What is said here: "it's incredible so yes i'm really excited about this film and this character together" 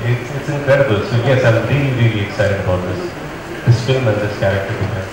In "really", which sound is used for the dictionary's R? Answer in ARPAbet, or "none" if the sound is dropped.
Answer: R